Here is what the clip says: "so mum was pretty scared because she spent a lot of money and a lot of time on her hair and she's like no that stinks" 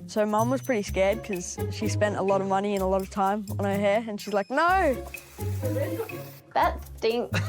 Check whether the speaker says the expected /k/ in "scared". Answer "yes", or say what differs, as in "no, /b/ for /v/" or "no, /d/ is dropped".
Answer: yes